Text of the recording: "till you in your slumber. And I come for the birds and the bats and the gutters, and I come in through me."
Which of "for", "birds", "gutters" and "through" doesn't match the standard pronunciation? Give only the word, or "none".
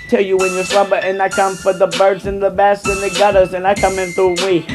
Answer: none